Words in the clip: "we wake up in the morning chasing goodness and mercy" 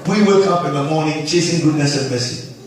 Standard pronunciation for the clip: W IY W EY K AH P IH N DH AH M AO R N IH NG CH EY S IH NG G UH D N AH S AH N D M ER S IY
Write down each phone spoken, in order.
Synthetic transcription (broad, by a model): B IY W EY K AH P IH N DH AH M AO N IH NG CH EY S IH NG G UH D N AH S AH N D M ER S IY